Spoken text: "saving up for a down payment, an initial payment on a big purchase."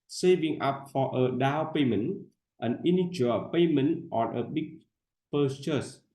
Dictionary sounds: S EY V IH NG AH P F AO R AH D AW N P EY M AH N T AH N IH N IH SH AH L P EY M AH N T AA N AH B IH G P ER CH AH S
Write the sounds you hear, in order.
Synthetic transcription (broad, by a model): S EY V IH NG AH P F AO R AH D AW L P EY M AH N T AH N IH N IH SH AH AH P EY M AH N T AA N AH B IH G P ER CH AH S